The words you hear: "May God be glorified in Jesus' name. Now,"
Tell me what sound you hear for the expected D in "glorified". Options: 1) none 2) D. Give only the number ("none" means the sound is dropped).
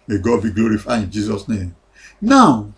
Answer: 1